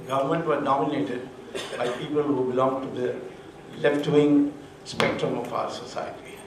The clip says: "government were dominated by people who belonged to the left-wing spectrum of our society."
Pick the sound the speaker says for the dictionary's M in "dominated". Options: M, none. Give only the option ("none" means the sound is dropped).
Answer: none